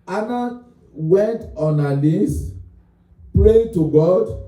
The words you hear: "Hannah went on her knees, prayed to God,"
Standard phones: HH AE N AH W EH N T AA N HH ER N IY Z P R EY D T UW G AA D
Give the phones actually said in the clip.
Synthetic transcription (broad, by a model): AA N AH W EH N T AA N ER L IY S P R EY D T UW G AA D